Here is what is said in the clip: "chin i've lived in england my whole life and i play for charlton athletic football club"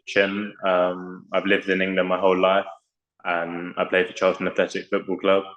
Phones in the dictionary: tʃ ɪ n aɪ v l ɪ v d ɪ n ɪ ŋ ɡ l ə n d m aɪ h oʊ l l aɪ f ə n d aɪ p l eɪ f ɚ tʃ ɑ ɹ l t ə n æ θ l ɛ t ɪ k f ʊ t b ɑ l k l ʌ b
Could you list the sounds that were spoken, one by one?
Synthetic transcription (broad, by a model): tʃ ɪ n aɪ v l ɪ v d ɪ n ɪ ŋ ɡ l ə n m aɪ h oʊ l l aɪ f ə n aɪ p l eɪ f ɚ tʃ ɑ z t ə n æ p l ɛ s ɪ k f ʊ t b ɑ l k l ʌ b